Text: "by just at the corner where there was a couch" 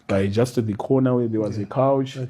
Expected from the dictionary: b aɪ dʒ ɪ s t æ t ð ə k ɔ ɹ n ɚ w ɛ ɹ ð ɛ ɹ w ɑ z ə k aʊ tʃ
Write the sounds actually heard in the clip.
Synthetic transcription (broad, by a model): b aɪ dʒ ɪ s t t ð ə k ɔ n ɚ w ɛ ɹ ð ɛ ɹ w ɑ z ə k aʊ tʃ